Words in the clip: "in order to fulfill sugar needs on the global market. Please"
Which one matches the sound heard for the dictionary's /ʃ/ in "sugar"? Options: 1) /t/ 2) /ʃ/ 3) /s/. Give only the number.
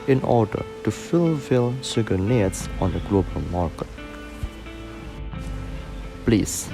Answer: 3